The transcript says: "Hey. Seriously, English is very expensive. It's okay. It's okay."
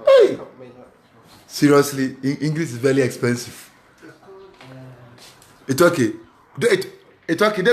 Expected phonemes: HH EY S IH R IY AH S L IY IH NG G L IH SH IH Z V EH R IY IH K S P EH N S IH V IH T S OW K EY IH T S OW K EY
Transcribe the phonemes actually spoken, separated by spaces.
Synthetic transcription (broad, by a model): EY S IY R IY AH S L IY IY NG G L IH S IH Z V EH R IY IH K S P EH N S IH V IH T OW K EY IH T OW K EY